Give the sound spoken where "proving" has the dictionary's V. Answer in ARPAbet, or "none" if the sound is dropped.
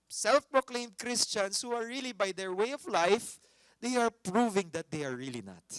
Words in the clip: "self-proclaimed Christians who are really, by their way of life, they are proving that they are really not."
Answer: V